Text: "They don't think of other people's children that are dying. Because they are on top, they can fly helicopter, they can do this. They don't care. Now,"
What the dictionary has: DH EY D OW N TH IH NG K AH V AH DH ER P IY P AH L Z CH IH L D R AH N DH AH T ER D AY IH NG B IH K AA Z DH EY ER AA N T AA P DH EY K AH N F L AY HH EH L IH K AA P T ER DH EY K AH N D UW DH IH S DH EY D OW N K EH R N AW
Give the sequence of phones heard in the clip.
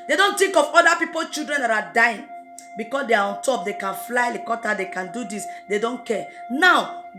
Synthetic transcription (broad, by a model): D EY D OW N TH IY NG K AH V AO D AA P IY P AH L CH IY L D R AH N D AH T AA D AY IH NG B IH K AA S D EY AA AA N T AA P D EY K AH N F L AY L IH K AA T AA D EY K AH N D UW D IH S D EY D OW N K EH N AW